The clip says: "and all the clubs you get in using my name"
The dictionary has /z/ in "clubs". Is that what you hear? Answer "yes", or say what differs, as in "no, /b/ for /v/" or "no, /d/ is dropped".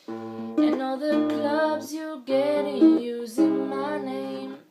yes